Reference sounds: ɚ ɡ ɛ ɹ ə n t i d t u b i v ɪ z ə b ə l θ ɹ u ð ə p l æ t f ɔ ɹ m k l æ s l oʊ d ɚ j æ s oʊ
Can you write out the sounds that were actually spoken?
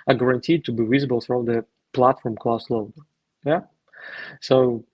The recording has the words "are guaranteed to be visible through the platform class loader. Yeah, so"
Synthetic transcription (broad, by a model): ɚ ɡ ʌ ɹ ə n t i d t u b i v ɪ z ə b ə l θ ɹ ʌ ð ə p l æ t f ɔ ɹ m k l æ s l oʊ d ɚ j æ s oʊ